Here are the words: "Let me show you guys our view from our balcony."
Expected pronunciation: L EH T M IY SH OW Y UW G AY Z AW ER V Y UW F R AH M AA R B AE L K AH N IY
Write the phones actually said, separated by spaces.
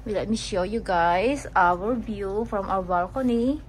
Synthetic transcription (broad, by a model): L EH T M IY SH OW Y UW G AY S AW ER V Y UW F R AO M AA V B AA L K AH N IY